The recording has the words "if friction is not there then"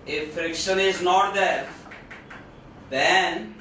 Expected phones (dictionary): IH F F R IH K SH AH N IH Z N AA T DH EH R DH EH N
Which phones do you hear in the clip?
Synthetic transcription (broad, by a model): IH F F R IH K SH AH N IH Z N AA T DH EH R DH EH N